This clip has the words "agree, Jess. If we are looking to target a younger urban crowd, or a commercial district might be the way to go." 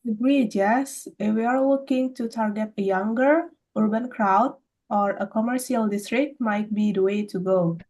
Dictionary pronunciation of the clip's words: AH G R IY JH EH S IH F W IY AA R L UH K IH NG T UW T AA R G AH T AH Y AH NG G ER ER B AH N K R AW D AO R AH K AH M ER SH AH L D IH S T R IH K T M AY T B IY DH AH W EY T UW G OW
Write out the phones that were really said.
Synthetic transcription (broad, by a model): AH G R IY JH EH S IH F W IY AA R W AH K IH NG T UW T AA R G AH T AH Y AH NG G ER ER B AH N K R AW D AO R AH K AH M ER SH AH L D IH S T R IH K T M AY T B IY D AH W EY T UW G OW